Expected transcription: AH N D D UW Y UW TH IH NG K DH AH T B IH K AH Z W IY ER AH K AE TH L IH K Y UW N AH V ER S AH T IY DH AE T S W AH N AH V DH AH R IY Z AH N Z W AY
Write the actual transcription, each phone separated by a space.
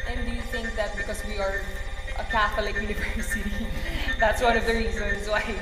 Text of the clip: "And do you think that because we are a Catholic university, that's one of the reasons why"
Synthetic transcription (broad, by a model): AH N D D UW Y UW TH IH NG K DH AH T B IH K AH Z W IY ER AH K AE TH L IH K Y UW N AH V ER S AH T IY DH AE T S W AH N AH V DH AH R IY Z AH N Z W AY